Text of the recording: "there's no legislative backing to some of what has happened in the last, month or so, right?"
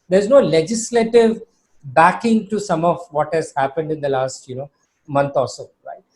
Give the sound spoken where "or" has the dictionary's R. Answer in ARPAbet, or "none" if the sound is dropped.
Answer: L